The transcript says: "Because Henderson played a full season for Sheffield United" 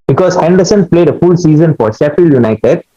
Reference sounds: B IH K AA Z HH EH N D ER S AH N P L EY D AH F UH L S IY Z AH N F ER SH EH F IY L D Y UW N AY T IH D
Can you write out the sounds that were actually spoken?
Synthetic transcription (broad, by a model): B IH K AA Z HH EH N D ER S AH N P L EY D AH F UH L S IY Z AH N F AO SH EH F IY L Y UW N AY T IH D